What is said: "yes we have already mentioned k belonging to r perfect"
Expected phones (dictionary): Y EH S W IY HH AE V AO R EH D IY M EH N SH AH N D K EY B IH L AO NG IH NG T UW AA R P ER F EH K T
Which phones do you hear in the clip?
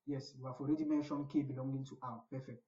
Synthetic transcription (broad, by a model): Y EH S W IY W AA F AO R EH D IY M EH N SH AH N K EY B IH L AO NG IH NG T UW AA W P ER F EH K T